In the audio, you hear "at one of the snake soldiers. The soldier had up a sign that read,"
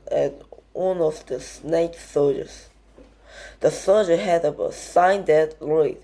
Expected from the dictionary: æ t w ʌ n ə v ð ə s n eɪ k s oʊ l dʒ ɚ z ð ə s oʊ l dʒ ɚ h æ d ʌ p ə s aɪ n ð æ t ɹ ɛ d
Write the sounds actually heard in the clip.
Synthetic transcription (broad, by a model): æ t w ʌ n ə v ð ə s n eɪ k s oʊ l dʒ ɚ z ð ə s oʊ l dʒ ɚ h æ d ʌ ə s aɪ n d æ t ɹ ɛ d